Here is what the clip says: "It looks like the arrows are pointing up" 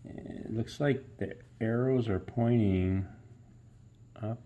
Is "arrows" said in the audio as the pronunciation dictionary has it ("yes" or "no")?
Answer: yes